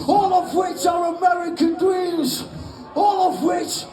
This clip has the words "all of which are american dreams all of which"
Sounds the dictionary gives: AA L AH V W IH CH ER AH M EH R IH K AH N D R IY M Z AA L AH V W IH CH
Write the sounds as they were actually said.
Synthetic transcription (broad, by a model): AA L AH V W IH CH ER AH M EH R IH K AH N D W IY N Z AA L AH V W IH CH